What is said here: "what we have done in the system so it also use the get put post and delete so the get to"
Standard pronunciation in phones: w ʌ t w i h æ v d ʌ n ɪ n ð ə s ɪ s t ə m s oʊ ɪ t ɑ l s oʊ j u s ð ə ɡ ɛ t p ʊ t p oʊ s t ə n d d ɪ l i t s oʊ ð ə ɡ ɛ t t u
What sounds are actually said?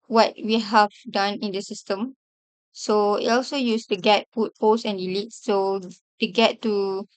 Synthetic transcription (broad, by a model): w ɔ t w i h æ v d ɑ n ɪ n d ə s ɪ s t ə m s oʊ ɪ t ɑ l s oʊ j u s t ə ɡ ɛ t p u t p oʊ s ə n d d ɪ l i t s oʊ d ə ɡ ɛ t t u